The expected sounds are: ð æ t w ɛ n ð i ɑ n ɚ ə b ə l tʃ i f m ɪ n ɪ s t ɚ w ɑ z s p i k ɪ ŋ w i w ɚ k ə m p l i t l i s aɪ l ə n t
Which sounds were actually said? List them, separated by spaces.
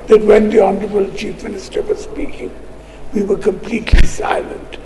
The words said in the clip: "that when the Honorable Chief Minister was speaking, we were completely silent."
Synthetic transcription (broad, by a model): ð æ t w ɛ n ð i ɑ n ɚ ə b ə l tʃ i f m ɪ n ɪ s t ɚ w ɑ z s p i k ɪ ŋ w i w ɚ k ə m p l i t l i s aɪ l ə n t